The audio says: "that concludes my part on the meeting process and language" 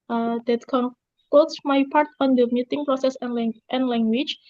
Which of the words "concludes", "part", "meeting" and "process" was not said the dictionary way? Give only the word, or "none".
concludes